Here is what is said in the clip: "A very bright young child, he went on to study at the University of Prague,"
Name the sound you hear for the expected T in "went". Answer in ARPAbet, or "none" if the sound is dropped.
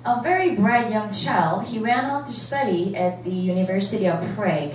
none